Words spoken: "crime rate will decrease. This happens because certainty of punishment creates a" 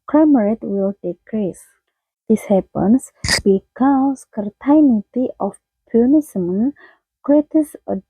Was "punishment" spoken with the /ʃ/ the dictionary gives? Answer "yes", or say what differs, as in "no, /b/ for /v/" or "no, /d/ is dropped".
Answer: no, /s/ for /ʃ/